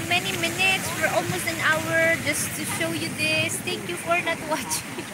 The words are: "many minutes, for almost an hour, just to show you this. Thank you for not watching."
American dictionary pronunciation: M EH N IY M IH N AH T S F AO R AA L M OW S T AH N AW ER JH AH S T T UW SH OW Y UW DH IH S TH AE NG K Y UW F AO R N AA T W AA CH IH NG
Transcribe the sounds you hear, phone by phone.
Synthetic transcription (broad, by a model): M EH N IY M IH N AH T S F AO R AA L M OW S T AH N AW ER JH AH S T T UW SH OW Y UW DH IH S T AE NG K Y UW F AO R N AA T W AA CH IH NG